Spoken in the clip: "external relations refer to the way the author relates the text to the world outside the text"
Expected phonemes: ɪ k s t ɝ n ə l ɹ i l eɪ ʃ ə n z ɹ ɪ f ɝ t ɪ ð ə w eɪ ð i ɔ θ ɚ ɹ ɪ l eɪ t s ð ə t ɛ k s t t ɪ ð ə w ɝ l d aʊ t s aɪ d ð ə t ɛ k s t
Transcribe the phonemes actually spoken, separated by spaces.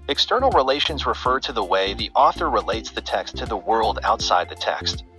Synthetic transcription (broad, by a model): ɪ k s t ɝ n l ɹ i l eɪ ʃ ə n z ɹ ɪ f ɝ t ɪ ð ə w eɪ ð i ɔ θ ɚ ɹ ɪ l eɪ t s ð ə t ɛ k s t t ɪ ð ə w ɝ l d aʊ t s aɪ d ð ə t ɛ k s t